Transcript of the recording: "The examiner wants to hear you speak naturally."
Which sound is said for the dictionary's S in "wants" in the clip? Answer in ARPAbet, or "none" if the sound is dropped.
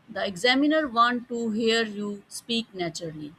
none